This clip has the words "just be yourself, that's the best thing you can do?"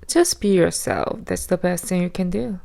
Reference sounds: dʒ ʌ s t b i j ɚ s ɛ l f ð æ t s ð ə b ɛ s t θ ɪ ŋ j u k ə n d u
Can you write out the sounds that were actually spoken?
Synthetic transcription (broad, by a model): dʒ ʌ s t b i j ɚ s ɛ l f ð æ t s ð ə b ɛ s t θ ɪ ŋ j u k ə n d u